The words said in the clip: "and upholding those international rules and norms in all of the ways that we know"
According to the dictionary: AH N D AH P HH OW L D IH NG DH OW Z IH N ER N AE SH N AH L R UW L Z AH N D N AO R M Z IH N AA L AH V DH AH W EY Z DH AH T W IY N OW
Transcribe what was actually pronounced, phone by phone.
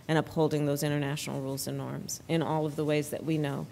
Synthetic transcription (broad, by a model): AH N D AH P HH OW L D IH NG DH OW Z IH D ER N AE SH N L R UW L Z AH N N AO R M Z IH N AA L AH V DH AH W EY Z DH AH T W IY N OW